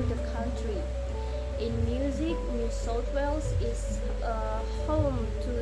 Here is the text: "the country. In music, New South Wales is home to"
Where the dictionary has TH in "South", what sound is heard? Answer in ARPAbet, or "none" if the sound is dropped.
T